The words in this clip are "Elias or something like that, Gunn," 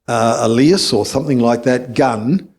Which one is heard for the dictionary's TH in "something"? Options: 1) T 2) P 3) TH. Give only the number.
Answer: 3